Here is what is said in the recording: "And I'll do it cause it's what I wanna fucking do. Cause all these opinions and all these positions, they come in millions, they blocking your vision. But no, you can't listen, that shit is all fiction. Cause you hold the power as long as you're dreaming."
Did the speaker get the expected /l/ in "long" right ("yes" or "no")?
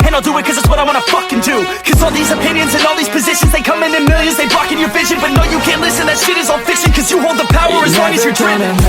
no